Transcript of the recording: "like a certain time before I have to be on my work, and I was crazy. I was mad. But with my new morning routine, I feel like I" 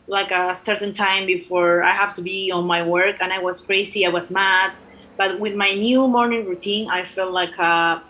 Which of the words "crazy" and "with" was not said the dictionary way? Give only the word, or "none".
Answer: crazy